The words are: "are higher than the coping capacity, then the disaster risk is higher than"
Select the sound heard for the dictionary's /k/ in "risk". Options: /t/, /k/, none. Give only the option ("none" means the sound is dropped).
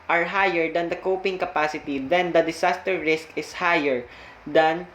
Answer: /k/